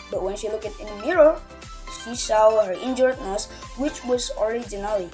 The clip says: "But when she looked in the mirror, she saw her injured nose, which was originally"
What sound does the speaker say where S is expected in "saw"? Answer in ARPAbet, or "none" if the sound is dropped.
SH